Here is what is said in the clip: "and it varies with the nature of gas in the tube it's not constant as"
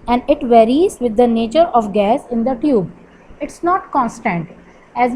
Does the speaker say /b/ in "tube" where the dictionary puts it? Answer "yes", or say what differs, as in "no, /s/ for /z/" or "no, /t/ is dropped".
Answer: yes